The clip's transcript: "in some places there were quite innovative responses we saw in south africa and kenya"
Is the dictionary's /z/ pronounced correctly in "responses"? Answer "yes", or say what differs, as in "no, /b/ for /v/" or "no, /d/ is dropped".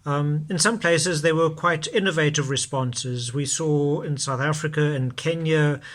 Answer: yes